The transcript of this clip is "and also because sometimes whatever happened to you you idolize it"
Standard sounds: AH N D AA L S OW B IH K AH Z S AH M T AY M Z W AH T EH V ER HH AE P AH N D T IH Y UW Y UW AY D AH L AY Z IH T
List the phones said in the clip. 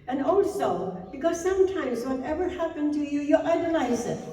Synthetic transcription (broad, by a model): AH N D AA L S OW B IH K AH Z S AH M T AY M Z W AH T EH V ER HH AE P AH N T IH Y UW Y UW AY D AH L AY Z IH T